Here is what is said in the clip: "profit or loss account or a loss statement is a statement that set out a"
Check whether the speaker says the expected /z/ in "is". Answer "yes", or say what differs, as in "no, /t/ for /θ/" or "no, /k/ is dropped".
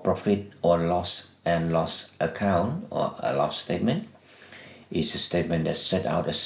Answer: no, /s/ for /z/